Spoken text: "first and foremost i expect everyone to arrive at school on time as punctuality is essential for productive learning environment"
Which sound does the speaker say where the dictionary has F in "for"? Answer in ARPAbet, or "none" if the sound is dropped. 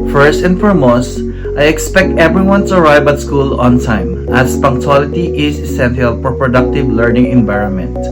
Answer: P